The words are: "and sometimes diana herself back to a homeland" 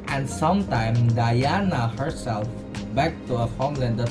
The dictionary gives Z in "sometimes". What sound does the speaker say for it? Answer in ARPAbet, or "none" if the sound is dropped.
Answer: none